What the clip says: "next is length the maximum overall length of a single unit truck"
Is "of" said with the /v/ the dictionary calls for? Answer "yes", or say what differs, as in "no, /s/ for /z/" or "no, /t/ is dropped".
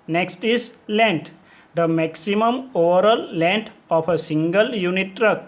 no, /p/ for /v/